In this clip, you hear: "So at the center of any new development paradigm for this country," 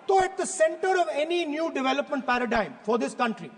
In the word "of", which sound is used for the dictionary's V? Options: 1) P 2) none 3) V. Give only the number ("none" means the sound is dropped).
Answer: 3